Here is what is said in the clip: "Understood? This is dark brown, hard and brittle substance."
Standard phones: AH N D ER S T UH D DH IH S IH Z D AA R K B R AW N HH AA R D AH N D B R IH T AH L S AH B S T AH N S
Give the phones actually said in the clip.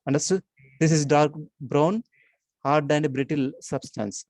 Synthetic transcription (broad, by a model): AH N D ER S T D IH S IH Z D AA R K B R AW N HH AA R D AH N D B R IH T AH L S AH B S T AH N S